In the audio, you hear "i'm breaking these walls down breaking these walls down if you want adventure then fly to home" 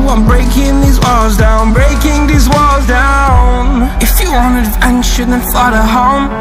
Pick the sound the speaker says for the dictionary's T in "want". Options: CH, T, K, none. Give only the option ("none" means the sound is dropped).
none